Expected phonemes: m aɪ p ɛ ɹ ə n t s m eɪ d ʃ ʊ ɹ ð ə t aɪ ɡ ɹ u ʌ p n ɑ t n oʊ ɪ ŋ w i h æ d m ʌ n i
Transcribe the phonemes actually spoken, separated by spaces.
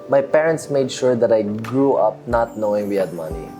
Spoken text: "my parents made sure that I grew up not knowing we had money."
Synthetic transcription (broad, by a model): m aɪ p ɛ ɹ ə n t s m eɪ d ʃ ʊ ɹ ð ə t aɪ ɡ ɹ u ʌ p n ɑ t n oʊ ɪ ŋ w i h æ d m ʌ n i